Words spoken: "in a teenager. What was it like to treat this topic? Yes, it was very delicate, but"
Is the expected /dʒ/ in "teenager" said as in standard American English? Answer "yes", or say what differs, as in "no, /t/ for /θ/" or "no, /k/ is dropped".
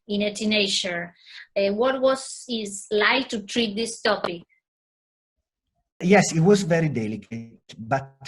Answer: no, /ʃ/ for /dʒ/